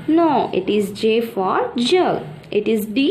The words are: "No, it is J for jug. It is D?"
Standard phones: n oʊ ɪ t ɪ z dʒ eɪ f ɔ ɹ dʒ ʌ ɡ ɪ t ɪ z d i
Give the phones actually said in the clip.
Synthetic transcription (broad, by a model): n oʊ ɪ t ɪ z dʒ eɪ f ɔ ɹ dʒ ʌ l ɪ t ɪ z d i